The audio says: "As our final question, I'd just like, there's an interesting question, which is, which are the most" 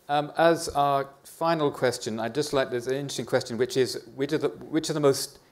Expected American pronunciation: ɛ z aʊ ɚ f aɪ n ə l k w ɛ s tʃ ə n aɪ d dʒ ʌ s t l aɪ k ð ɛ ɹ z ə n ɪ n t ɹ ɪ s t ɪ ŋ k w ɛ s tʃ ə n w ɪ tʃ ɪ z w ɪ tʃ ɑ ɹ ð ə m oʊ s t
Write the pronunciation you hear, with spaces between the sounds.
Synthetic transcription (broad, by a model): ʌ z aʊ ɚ f aɪ n l k w ɛ s tʃ ə n aɪ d dʒ ʌ s t l aɪ k ð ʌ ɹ z ə n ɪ n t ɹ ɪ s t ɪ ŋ k w ɛ s tʃ ə n w ɪ tʃ ɪ z w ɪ tʃ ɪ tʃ ð ə m oʊ s t